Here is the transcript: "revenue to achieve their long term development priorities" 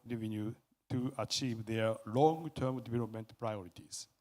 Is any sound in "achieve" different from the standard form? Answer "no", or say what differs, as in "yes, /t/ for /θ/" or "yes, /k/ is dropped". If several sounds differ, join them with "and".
no